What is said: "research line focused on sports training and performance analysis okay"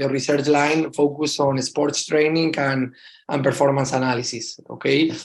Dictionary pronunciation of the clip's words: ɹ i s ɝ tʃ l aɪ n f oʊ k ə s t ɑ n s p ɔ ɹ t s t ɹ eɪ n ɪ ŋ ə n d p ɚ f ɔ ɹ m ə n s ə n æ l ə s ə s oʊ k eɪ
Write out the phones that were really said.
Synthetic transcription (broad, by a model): ɹ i s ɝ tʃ l aɪ n f oʊ k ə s ɑ n s p ɔ ɹ t s t ɹ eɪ n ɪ ŋ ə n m p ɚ f ɔ ɹ m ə n s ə n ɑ l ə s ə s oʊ k eɪ